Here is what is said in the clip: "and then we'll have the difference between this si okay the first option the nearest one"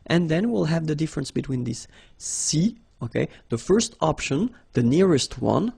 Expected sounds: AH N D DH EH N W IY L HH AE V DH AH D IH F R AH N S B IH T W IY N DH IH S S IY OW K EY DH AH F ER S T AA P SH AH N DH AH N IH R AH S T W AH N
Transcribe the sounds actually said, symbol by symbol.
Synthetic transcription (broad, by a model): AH N DH EH N W IY L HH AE V DH AH D IH F R AH N S B IH T W IY N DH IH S S IY OW K EY DH AH F ER S T AA P SH AH N DH AH N IH R AH S T W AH N